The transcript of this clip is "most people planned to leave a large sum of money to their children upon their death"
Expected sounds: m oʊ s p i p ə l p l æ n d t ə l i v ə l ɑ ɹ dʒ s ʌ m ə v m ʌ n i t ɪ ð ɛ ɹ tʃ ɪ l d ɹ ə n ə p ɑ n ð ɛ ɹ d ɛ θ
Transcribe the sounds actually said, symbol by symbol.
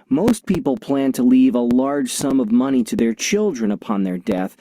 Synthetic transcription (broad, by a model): m oʊ s p i p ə l p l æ n t ə l i v ə l ɑ ɹ dʒ s ʌ m ə v m ʌ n i t ɪ ð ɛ ɹ tʃ ɪ l d ɹ ə n ə p ɑ n ð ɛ ɹ d ɛ θ